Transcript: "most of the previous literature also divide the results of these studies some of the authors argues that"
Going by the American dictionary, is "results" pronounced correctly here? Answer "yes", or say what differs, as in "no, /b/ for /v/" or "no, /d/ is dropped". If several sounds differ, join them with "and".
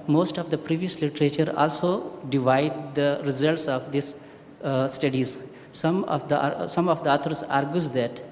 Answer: yes